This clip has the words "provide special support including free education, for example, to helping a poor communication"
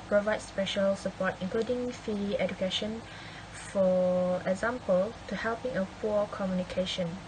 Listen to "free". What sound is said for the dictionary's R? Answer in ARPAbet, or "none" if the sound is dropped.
none